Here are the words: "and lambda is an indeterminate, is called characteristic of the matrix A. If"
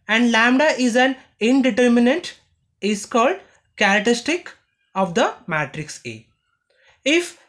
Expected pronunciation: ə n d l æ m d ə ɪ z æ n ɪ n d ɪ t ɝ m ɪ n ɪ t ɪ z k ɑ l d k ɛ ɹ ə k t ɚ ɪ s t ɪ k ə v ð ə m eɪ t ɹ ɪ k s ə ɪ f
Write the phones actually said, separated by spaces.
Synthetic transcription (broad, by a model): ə n d l æ m d ə ɪ z æ n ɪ n d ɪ t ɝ m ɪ n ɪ t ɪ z k ɑ l d k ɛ ɹ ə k t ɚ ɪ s t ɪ k ə v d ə m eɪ t ɹ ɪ k s ə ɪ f